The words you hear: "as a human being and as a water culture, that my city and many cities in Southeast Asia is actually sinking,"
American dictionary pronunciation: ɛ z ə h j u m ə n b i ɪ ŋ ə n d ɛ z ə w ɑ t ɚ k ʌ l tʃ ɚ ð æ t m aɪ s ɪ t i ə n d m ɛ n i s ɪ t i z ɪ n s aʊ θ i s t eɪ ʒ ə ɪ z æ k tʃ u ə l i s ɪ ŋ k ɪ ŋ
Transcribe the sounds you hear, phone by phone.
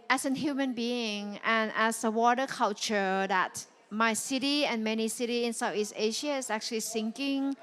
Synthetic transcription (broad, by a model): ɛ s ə h j u m ə n b i ɪ ŋ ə n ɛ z ə w ɑ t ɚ k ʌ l tʃ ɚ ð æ t m aɪ s ɪ t i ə n m ɛ n i s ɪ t i ɪ n s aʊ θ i s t eɪ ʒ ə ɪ s æ k tʃ u ə l i s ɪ ŋ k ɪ ŋ